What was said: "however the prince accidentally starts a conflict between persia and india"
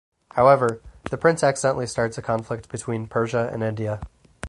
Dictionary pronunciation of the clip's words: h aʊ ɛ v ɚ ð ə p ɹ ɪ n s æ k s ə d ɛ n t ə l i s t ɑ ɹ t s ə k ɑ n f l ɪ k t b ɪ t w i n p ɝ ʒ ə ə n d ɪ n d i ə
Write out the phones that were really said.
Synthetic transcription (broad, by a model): h aʊ ɛ v ɚ ð ə p ɹ ɪ n s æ k s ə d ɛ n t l i s t ɑ ɹ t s ə k ɑ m f l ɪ k t b ɪ t w i n p ɝ ʒ ə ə n ɪ n d i ə